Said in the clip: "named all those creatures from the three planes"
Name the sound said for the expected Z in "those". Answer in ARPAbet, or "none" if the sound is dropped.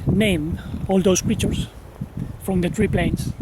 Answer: S